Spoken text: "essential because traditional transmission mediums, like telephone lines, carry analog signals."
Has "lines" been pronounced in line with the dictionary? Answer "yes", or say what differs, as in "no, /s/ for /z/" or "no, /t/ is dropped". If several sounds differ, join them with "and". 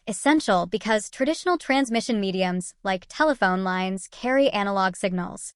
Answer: yes